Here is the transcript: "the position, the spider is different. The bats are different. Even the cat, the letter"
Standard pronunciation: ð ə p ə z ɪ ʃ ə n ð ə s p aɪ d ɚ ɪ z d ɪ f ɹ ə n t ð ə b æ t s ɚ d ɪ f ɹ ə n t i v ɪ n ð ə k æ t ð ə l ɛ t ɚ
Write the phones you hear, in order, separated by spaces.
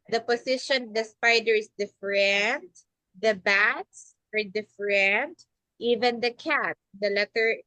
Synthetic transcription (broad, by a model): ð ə p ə s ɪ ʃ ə n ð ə s p aɪ d ɚ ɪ s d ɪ f ɹ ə n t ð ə b æ t s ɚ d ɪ f ɹ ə n t i v ɪ n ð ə k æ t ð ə l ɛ t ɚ